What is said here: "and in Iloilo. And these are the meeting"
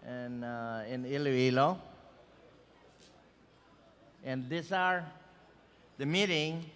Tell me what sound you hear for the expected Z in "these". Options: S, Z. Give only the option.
S